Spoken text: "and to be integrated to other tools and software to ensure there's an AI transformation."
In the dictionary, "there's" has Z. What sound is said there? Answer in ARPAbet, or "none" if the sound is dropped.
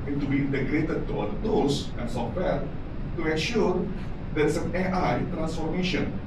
S